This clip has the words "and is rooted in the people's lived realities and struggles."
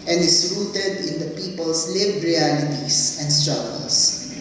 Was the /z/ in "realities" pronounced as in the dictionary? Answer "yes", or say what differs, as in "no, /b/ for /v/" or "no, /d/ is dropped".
no, /s/ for /z/